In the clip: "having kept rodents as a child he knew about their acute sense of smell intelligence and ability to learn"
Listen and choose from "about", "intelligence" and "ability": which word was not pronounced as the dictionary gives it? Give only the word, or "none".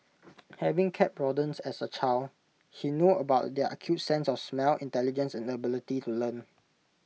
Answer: none